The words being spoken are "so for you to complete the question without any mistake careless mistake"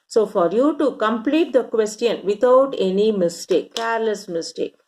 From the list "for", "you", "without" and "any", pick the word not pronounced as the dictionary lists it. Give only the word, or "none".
without